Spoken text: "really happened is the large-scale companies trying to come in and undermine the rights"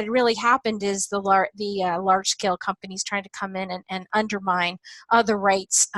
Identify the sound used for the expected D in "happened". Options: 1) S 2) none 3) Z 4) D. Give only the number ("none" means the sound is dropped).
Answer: 4